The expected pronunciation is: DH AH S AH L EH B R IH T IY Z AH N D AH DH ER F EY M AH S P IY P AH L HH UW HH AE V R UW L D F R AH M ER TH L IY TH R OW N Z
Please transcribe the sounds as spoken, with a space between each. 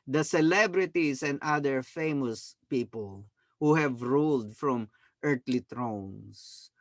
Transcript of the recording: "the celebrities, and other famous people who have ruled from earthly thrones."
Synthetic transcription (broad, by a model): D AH S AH L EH B R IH T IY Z AH N D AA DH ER F EY M AH S P IY P AH L HH UW HH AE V R UW L D F R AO M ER T L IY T R OW N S